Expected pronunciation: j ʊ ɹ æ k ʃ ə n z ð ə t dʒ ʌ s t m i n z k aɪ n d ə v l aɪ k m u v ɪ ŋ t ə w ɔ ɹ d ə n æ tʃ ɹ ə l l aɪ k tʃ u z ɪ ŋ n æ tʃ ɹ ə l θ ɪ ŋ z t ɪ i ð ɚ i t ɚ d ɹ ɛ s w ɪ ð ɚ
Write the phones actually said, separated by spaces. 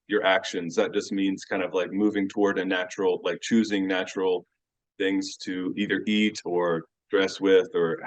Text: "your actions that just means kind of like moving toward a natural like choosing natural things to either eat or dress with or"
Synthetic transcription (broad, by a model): j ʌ ɹ æ k ʃ ə n z ð ə t dʒ ʌ s t m i n z k aɪ n d ə v l aɪ k m u v ɪ ŋ t ə w ɔ ɹ d ə n æ tʃ ɹ l l aɪ k tʃ u z ɪ ŋ n æ tʃ ɹ l θ ɪ ŋ z t ɪ i ð ɚ i t ɚ d ɹ ɛ s w ɪ ð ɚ